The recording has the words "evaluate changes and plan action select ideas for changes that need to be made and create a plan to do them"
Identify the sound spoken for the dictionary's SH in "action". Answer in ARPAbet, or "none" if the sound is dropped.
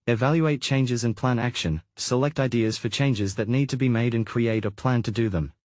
SH